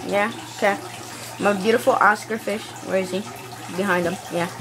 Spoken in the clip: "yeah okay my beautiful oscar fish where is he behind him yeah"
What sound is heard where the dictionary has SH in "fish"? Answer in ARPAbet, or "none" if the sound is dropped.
SH